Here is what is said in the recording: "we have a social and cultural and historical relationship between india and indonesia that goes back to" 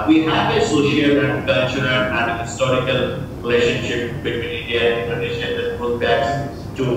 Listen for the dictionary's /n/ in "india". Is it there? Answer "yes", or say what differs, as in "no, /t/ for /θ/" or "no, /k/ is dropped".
no, /n/ is dropped